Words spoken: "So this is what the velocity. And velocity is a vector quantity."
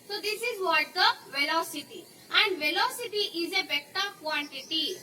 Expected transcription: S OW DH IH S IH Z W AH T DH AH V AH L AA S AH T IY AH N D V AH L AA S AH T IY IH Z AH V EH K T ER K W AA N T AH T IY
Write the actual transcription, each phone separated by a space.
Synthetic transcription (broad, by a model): S OW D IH S IH Z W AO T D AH V AH L AA S AH T IY AH N D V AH L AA S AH T IY IH Z AH B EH T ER K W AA N T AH T IY